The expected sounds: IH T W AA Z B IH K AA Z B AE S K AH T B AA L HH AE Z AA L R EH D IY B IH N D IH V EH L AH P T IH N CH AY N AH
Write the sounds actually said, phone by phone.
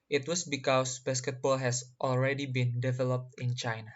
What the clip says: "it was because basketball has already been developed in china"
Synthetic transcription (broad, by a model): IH T W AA S B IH K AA S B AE S K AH T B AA L HH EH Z AA L R EH D IY B IH N D IH V EH L AH P T IH N CH AY N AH